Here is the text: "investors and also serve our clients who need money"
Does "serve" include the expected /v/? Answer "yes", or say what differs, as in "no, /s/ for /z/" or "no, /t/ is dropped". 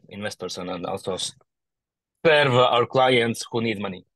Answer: yes